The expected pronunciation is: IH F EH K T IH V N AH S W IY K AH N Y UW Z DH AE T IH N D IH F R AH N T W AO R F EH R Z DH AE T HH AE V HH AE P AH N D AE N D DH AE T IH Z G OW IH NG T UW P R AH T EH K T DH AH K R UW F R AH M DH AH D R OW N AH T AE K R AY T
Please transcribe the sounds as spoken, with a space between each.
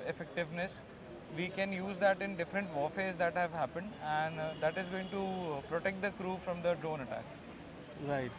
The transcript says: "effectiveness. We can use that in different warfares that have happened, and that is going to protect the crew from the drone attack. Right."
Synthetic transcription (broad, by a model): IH F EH K T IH V N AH S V IY K AH N Y UW Z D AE T IH N D IH F R AH N T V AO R F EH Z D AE T HH AE V HH AE P AH N D AE N D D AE T IH Z G OW IH NG T UW P R AH T EH K T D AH K R UW F R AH M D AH D R OW N AH T AE K R AY T